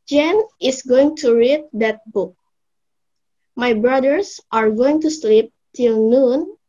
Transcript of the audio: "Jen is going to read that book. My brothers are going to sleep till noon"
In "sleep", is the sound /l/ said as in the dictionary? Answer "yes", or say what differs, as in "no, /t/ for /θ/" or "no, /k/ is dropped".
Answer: yes